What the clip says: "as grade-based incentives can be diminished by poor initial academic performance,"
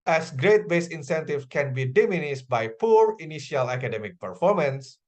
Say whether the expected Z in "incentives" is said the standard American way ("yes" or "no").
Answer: no